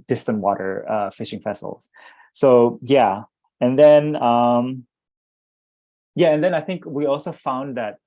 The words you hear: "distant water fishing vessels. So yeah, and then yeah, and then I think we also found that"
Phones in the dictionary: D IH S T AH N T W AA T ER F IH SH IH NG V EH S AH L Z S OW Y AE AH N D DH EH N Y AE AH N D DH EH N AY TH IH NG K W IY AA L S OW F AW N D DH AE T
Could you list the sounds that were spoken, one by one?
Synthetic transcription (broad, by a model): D IH S T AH N T W AA T ER F IH SH IH NG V EH S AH L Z S OW Y AE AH N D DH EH N Y AE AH N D DH EH N AY TH IH NG K W IY AA L S OW F AW N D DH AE T